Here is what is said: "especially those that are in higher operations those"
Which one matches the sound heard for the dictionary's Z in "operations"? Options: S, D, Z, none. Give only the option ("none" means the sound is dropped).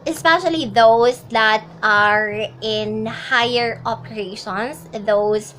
S